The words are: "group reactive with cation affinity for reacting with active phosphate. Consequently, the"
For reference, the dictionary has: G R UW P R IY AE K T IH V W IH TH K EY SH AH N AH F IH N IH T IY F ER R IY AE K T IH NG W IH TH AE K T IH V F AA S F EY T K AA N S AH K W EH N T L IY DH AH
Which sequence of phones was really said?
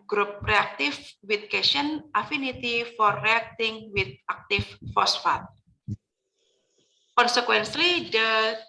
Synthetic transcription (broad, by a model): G R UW P R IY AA K T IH F W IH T K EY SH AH N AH F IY N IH T IY F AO R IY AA K T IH NG W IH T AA K T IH F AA S F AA T K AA N S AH K W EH N S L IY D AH